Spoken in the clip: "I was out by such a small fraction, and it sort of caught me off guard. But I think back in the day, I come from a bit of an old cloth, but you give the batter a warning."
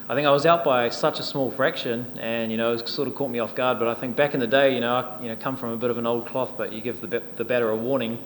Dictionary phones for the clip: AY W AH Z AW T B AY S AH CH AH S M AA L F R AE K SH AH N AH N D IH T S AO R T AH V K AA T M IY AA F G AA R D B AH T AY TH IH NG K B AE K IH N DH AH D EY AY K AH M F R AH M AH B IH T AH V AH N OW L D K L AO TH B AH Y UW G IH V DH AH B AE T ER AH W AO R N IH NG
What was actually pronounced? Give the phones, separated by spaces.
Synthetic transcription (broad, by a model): AY W AH Z AW T B AY S AH CH AH S M AA L F R AE K SH AH N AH N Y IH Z S AO R T AH V K AA T M IY AA F G AA R D B AH T AY TH IH NG K B AE K IH N DH AH D EY AY K AH M F R AH M AH B IH T AH V AH N OW L D K L AO TH B AH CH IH G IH V DH AH B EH T ER AH W AO R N IH NG